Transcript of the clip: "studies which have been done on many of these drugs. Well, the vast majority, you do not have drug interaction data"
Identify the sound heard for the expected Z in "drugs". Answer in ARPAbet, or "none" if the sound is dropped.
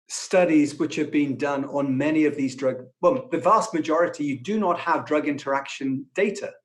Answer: none